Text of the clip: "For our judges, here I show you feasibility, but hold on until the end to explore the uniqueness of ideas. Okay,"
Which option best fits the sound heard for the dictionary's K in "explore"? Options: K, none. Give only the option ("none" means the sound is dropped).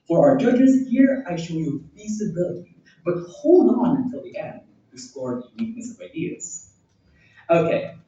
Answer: none